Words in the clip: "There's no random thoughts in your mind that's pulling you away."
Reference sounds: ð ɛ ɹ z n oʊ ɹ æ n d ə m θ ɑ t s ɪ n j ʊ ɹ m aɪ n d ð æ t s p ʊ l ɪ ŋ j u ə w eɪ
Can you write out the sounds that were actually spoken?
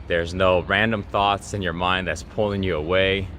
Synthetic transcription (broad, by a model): ð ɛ ɹ z n oʊ ɹ æ n d ə m θ ɑ t s ɪ n j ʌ ɹ m aɪ n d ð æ t s p ʊ l ɪ ŋ j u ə w eɪ